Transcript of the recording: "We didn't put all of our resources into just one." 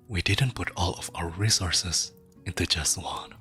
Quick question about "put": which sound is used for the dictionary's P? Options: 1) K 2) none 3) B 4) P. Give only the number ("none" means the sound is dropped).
4